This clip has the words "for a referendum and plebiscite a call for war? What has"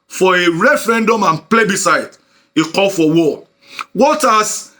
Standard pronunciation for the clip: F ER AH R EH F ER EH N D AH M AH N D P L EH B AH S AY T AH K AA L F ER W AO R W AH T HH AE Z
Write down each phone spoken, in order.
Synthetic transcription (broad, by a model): F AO AH R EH F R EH N D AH M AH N P L EH B AH S AY T AH K AA L F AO W AO W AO T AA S